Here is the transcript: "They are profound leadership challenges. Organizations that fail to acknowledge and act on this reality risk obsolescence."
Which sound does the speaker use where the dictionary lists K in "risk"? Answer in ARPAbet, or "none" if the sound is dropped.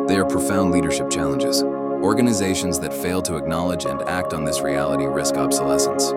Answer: K